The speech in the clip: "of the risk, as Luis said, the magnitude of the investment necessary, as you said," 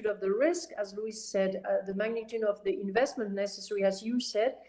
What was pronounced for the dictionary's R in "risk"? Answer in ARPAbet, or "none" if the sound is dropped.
R